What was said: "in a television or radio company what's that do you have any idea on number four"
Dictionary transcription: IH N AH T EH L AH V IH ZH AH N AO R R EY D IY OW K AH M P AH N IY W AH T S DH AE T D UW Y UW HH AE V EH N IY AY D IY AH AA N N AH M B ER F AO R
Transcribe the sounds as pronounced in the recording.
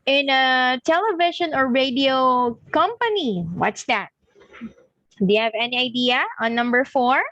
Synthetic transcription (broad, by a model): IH N AH T EH L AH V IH SH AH N AO R R EY D IY OW K AH M P AH N IY W AH T S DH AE T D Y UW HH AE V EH N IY AY D IY AH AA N N AH M B ER F AO R